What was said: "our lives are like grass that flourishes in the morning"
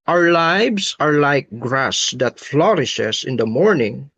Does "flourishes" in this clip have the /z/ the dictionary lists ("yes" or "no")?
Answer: no